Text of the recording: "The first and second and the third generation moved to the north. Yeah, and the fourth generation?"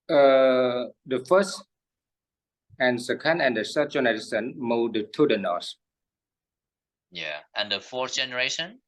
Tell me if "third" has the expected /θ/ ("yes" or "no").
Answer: no